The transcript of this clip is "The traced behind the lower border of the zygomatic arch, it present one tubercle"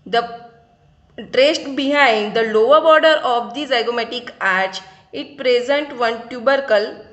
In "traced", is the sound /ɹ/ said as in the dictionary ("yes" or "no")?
yes